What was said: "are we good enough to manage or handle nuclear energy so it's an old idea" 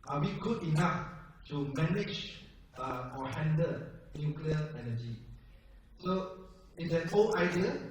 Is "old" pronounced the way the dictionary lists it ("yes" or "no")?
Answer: no